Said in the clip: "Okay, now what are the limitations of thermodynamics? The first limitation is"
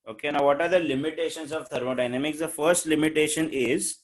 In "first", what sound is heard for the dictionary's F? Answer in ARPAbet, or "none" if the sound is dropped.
F